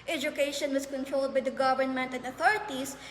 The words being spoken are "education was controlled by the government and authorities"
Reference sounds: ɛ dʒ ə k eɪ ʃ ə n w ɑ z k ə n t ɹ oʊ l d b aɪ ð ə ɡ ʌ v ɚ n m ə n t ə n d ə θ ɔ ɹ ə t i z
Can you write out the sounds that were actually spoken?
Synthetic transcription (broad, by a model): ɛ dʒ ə k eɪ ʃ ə n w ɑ s k ə n t ɹ oʊ l d b aɪ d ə ɡ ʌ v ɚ n m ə n t ə n d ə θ ɔ ɹ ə t i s